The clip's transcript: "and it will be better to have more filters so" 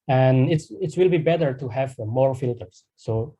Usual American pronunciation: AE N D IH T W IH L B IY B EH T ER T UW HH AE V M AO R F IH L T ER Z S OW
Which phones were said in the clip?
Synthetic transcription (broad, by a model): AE N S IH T W IH L B IY B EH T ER T UW HH AE V M AO R F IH L T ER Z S OW